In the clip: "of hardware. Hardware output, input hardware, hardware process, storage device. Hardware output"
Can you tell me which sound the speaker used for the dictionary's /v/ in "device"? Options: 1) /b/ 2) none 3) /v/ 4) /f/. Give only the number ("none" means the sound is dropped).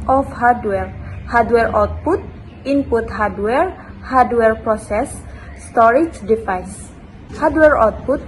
4